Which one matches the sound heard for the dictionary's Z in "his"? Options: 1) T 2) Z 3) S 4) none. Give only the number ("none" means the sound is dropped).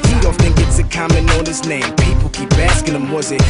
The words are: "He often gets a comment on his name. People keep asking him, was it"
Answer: 3